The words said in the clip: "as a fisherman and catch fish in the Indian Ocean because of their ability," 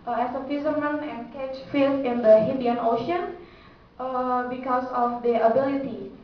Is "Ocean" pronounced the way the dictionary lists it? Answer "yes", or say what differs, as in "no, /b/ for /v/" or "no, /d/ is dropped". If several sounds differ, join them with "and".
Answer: yes